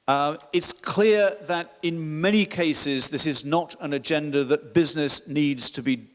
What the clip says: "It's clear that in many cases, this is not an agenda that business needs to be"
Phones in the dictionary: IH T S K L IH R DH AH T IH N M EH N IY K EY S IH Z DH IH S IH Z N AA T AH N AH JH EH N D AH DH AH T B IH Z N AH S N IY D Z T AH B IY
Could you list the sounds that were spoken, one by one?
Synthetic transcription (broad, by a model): IH T S K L IH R DH AH T IH N M EH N IY K EY S IH Z DH IH S IH Z N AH T AH N AH JH EH N D AH DH AH T B IH Z N AH S N IY D Z T AH B IY